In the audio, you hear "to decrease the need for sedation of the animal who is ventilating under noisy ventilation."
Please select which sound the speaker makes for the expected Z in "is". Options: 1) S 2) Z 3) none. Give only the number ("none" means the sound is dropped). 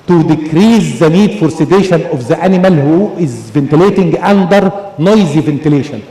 2